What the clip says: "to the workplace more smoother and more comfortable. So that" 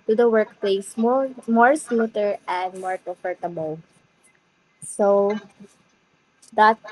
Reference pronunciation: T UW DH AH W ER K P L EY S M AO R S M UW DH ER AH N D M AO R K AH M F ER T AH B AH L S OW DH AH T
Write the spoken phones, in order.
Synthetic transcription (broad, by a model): T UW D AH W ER K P L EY S M AO R S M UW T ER AH N D M AO R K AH F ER T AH B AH L S OW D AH T